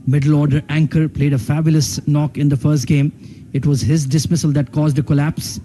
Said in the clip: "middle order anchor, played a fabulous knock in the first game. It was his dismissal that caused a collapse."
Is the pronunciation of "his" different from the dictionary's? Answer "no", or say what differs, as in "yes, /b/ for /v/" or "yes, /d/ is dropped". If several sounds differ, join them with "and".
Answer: no